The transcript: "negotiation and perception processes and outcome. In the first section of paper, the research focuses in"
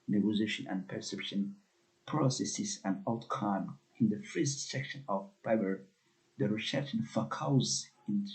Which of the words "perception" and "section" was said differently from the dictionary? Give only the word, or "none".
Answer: none